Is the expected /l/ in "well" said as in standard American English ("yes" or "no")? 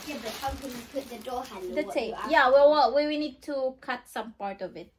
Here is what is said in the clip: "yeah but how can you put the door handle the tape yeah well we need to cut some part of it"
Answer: no